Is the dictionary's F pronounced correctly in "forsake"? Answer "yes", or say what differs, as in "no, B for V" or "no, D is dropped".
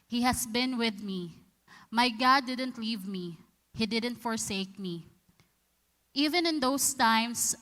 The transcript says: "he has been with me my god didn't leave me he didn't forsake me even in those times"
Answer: yes